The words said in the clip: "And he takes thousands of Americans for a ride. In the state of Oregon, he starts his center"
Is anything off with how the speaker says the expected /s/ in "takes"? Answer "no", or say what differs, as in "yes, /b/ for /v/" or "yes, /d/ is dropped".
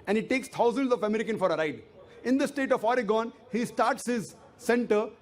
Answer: no